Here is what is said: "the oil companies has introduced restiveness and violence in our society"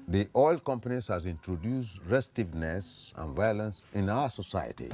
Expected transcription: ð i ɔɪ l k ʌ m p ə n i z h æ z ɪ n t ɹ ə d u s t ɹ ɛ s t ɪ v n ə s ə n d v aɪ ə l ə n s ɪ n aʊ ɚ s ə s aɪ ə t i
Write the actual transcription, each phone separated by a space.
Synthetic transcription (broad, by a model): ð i ɔɪ l k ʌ m p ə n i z h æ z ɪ n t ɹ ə d u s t ɹ ɛ s t ɪ v n ə s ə n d v aɪ ə l ə n s ɪ n aʊ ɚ s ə s aɪ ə t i